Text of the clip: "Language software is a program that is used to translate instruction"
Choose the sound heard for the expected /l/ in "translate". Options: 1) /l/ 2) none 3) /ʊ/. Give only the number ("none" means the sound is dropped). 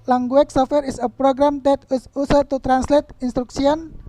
1